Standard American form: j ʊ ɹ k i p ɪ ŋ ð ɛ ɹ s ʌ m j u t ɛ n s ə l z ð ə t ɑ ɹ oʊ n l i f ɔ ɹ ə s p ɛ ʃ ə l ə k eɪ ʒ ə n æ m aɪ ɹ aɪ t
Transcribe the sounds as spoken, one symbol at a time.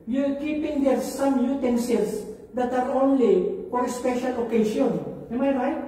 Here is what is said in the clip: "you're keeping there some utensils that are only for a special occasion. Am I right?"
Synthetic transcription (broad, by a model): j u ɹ k i p ɪ ŋ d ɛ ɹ s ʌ m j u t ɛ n s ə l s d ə t ɑ ɹ oʊ n l i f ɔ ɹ ə s p ɛ ʃ ə l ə k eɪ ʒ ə n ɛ m aɪ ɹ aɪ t